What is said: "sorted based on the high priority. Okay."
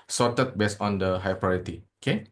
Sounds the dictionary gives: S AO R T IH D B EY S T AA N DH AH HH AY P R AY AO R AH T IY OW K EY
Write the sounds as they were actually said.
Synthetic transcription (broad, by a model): S AO T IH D B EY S AA N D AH HH AY P R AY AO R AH T IY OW K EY